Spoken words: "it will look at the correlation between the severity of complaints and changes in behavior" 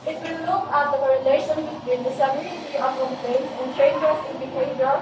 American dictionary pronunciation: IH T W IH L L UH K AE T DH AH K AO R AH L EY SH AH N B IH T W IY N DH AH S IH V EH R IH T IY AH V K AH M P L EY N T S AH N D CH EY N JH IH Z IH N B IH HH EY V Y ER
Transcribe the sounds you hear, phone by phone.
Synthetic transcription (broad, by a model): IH T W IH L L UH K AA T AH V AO R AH L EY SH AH N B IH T W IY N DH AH S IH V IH L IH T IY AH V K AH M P L EY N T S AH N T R EY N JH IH S IH N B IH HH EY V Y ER